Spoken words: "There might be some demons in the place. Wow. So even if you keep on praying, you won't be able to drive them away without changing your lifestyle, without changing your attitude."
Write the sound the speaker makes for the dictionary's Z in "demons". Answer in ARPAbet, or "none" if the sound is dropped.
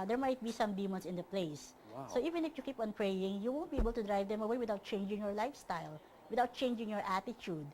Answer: S